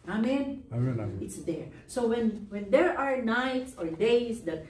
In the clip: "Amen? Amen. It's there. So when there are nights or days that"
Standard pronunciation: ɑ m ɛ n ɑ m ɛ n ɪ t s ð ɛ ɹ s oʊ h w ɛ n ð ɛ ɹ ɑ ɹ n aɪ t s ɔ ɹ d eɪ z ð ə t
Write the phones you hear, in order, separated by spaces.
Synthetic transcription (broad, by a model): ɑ ɑ m ɛ n ɪ t s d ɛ ɹ s oʊ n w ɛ n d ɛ ɹ ɑ ɹ n aɪ t s ɔ ɹ d eɪ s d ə t